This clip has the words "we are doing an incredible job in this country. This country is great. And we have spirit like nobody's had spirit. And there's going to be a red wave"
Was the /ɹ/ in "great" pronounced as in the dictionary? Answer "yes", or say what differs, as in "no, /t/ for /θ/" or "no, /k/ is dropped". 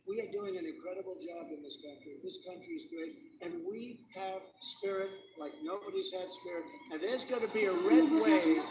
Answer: no, /ɹ/ is dropped